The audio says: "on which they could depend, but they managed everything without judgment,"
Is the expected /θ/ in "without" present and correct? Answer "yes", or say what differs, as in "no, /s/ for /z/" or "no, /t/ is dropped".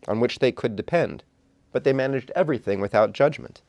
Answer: yes